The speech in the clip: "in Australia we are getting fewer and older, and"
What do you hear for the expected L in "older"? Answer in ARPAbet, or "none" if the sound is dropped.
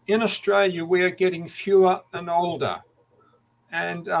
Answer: L